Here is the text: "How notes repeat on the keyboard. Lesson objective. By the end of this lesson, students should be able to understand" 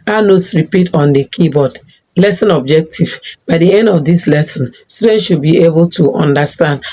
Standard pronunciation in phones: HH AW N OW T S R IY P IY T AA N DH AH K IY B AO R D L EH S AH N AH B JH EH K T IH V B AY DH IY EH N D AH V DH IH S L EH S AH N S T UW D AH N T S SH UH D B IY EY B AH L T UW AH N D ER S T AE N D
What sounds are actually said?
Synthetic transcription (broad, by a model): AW N OW T S R IY P IY T AA N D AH K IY B AO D L EH S AH N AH B JH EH K T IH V B AY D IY EH N D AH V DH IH S L EH S AH N S T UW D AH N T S SH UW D B IY EY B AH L T UW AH N D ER S T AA N D